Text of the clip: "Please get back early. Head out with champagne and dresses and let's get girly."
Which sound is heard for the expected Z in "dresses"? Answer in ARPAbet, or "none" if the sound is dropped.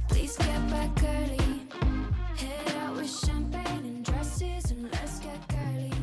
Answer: Z